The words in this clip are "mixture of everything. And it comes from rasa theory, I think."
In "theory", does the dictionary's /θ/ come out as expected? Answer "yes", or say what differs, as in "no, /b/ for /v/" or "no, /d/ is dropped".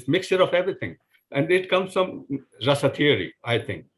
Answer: no, /t/ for /θ/